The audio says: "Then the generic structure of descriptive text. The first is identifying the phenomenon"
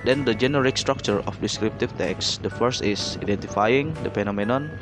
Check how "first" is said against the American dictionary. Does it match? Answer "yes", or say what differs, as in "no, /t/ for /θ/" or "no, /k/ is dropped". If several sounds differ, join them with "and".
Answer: yes